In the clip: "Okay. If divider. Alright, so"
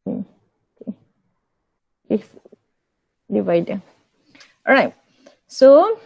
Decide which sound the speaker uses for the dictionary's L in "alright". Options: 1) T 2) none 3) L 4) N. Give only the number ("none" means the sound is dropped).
2